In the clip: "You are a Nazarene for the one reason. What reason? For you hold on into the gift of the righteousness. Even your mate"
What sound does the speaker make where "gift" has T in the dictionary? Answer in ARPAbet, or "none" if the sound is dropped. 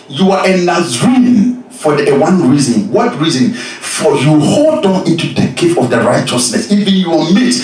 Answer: none